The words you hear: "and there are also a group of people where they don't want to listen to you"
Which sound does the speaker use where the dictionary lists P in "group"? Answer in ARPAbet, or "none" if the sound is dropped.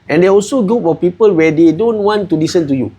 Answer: F